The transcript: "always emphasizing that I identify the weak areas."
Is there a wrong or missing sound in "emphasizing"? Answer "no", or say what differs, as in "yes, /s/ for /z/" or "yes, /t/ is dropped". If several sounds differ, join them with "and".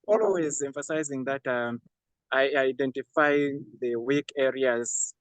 no